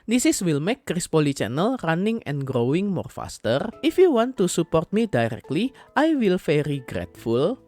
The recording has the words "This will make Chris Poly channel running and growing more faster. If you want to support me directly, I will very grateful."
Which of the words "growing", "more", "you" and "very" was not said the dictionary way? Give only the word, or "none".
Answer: very